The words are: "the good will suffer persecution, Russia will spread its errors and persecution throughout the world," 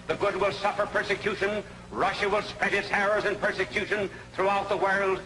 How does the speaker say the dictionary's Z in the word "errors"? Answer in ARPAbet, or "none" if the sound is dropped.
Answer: Z